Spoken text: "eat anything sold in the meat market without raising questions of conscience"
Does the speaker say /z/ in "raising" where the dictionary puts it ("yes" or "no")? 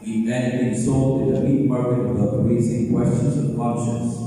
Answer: no